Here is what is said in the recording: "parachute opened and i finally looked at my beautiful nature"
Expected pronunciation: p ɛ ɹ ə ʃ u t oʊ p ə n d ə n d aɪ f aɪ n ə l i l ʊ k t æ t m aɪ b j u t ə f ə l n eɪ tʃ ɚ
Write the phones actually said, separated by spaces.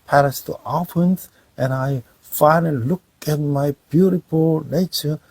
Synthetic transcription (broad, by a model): p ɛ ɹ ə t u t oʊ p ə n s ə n aɪ f aɪ n ə l i l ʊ k æ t m aɪ b j u t ə f ə l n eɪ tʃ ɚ